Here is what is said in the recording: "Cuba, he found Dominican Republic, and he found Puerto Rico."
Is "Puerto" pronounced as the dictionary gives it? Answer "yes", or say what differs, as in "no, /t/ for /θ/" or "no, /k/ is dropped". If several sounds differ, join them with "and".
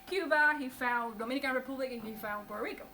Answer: no, /b/ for /p/